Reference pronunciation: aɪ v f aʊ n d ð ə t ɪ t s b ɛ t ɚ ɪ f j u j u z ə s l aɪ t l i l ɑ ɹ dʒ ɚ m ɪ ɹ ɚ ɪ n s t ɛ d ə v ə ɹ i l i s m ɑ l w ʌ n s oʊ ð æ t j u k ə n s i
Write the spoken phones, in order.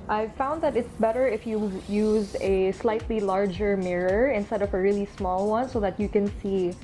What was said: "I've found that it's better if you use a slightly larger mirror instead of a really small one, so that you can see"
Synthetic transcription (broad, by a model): aɪ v f aʊ n d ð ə t ɪ t s b ɛ t ɚ ɪ f j u j u z ə s l aɪ t l i l ɑ ɹ dʒ ɚ m ɪ ɹ ɚ ɪ n s t ɛ d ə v ə ɹ i l i s m ɑ l w ʌ n s oʊ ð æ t j u k ə n s i